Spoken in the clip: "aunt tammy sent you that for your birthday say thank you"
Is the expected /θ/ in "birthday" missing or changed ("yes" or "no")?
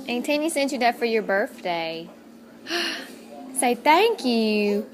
no